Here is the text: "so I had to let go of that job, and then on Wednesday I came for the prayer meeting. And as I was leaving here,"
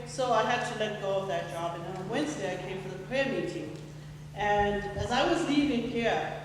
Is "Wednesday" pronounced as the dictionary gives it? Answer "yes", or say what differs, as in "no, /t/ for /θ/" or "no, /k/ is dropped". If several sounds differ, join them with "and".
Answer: yes